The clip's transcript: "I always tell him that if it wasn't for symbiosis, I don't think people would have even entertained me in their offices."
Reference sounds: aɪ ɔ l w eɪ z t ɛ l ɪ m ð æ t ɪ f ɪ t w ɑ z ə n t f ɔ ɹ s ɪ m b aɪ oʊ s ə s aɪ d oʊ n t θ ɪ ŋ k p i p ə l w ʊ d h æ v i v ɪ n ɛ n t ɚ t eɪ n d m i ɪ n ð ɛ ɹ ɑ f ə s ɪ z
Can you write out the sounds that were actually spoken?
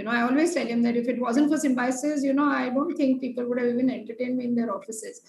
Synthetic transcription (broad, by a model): aɪ ɔ l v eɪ t ɛ l ɪ m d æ t ɪ f ɪ t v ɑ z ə n t f ɔ ɹ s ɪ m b aɪ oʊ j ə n aɪ d oʊ n t t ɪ ŋ k p i p ə l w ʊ d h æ v i v ɪ n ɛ n t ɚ t eɪ n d m i ɪ n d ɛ ɹ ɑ f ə s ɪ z